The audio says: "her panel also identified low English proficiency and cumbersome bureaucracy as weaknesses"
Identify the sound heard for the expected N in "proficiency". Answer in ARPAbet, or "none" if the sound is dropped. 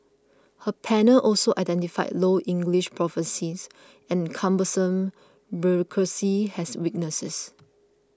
none